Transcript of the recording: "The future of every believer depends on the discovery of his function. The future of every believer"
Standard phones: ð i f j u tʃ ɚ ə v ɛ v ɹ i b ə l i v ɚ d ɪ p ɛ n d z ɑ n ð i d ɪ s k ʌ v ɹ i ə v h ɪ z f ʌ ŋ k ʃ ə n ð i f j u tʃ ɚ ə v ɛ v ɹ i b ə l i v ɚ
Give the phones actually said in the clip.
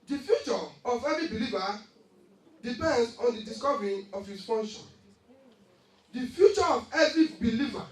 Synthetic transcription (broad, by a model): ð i f j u tʃ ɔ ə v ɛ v i b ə l i v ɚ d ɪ p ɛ n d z ɑ n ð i d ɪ s k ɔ v ɹ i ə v h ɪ s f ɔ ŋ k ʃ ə n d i f j u tʃ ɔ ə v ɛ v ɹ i b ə l i v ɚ